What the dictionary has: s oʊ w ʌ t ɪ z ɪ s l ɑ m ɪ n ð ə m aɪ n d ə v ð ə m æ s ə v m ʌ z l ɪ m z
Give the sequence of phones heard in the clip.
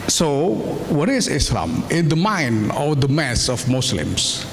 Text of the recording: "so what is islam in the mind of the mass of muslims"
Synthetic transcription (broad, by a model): s oʊ w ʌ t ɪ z ɪ s l ɑ m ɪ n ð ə m aɪ n ə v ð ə m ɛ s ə f m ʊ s l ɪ m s